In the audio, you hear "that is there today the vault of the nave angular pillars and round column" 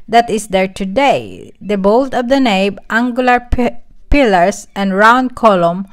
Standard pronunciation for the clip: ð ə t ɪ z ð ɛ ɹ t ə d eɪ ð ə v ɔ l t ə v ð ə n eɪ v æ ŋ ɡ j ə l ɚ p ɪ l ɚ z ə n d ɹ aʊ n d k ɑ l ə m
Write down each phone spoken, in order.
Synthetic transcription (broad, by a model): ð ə t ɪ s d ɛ ɹ t ə d eɪ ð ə b ɔ l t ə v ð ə n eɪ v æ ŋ ɡ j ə l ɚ p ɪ l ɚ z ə n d ɹ aʊ n d k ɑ l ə m